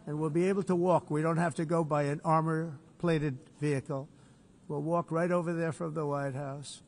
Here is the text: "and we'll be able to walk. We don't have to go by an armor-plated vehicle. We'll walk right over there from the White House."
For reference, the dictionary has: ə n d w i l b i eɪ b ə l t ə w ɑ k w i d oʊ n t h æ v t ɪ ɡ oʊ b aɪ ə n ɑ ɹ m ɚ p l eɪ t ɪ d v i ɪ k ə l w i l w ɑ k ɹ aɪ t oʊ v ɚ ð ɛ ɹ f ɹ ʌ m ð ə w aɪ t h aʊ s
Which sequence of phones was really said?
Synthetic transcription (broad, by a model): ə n w i l b i eɪ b l t ə w ɑ k w i d oʊ n t h æ f t ɪ ɡ oʊ b aɪ ə n ɑ ɹ m ɚ p l eɪ t ɪ d v i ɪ k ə l w i l w ɑ k ɹ aɪ t oʊ v ɚ ð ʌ ɹ f ɹ ʌ m ð ə w aɪ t h aʊ s